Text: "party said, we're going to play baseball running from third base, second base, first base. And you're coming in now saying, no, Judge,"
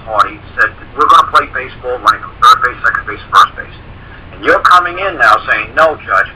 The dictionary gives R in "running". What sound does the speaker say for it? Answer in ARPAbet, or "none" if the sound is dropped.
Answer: L